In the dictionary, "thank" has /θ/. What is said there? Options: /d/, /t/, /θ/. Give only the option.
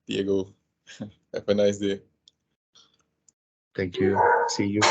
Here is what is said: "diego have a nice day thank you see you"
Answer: /t/